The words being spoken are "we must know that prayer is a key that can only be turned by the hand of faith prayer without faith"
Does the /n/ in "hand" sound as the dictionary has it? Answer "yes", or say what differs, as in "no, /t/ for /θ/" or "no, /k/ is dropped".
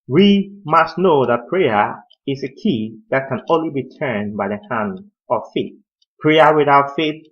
yes